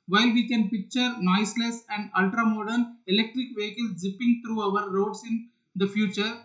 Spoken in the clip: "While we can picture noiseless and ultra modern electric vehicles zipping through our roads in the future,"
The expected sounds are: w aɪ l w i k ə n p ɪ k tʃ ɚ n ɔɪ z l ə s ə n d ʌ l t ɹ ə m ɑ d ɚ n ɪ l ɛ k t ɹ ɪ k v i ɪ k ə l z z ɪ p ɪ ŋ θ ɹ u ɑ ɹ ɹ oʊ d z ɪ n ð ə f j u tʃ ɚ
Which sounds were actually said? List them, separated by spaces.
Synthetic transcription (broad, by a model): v aɪ l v i k ə n p ɪ k tʃ ɚ n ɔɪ s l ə s ə n d ʌ l t ɹ ə m ɑ d ɚ n ɪ l ɛ k t ɹ ɪ k v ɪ k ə l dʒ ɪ p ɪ ŋ t ɹ u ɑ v ɹ oʊ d s ɪ n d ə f j u tʃ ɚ